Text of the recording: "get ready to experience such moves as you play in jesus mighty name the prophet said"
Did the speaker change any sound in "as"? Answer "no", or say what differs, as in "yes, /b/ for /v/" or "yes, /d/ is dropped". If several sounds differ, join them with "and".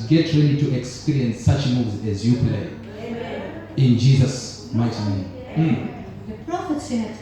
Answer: no